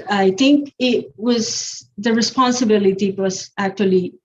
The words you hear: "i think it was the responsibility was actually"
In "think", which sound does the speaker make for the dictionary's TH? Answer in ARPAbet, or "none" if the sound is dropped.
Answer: T